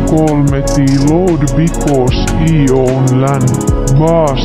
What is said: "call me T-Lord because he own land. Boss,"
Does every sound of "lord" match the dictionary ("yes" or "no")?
no